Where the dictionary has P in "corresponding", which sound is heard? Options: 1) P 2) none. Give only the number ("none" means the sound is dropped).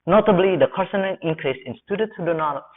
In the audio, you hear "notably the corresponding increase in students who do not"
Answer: 2